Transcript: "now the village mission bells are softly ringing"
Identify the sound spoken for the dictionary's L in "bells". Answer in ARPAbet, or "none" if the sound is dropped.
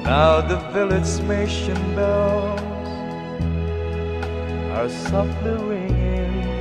none